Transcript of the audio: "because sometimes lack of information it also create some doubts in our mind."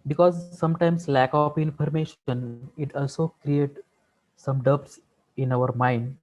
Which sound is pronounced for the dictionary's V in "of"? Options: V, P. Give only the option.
P